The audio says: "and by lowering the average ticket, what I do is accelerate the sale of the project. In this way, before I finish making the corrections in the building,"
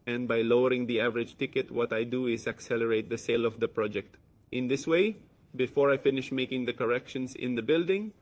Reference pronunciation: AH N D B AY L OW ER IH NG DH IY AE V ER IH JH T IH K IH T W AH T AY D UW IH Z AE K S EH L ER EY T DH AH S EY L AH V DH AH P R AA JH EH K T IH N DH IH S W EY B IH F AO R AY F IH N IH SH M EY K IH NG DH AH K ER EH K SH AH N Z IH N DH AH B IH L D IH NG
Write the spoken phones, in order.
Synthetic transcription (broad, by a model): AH N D B AY L OW ER IH NG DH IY AE V ER IH JH T IH K IH T W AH T AY D UW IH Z AE K S EH L ER EY T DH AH S EY L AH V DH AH P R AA JH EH K T IH N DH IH S W EY B IH F AO R AY F IH N IH SH M EY K IH NG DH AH K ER EH K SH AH N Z IH N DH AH B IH L D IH NG